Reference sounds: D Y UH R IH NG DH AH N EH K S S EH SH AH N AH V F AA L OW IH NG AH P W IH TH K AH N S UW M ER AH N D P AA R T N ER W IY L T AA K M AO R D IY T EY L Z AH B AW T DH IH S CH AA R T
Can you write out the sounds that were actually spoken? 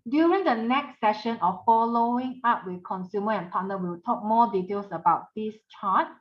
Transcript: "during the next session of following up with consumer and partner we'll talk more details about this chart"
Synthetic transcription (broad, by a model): D Y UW R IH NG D AH N EH K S S EH SH AH N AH F F AA L OW IH NG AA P W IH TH K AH N S UW M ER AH N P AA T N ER W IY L T AA K M AO D IY T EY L S AH B AW T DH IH S CH AA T